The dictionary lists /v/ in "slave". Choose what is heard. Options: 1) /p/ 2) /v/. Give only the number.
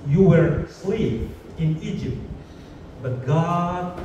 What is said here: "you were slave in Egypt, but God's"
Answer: 1